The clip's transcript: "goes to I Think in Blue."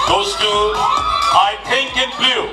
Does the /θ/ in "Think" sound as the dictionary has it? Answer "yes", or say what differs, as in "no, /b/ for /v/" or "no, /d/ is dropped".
no, /t/ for /θ/